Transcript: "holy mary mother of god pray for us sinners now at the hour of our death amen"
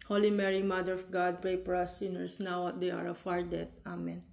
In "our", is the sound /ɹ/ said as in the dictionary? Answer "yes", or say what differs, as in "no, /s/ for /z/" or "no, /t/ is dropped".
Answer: yes